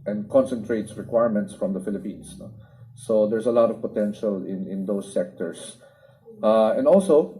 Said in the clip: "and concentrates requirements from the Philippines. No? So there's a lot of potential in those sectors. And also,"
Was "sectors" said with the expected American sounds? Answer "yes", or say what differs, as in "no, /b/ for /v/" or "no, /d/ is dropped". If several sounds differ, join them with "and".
no, /s/ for /z/